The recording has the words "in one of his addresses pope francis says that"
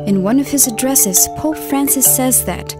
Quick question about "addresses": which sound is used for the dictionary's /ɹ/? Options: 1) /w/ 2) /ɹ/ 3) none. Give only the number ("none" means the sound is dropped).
2